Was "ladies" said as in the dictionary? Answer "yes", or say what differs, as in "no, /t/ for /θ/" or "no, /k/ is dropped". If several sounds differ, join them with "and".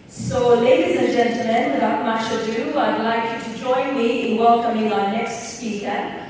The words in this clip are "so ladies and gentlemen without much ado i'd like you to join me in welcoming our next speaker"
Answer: yes